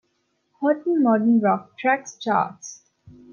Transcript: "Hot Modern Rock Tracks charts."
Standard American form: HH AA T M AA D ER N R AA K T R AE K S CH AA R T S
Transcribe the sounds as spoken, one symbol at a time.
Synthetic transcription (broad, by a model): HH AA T M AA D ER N R AA K T R AE K S CH AA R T S